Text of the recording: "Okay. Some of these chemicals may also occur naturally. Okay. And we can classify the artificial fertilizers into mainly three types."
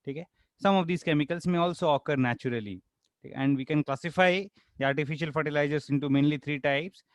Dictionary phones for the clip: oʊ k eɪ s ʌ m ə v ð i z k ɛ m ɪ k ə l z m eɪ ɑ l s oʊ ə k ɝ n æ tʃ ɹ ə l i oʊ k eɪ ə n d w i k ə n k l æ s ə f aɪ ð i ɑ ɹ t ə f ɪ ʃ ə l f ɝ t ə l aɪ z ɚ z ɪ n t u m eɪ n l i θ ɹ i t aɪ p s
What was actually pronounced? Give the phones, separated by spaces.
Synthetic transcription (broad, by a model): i k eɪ s ʌ m ə v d i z k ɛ m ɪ k ə l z m eɪ ɑ l s oʊ ə k ɝ n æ tʃ ɹ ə l i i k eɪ ə n d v i k ə n k l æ s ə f aɪ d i ɑ ɹ t ə f ɪ ʃ ə l f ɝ t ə l aɪ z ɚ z ɪ n t u m eɪ n l i t ɹ i t aɪ p s